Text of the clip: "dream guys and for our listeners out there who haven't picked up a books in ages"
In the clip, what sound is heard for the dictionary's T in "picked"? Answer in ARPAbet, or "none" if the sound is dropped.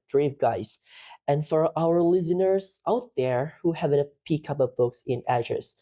none